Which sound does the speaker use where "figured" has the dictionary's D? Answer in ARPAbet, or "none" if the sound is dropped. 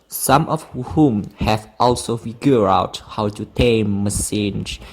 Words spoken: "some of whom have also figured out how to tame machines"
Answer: none